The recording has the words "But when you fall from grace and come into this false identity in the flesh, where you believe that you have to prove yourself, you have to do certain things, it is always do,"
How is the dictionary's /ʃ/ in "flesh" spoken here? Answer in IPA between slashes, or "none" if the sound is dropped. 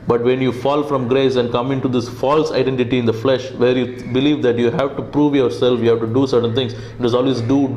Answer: /ʃ/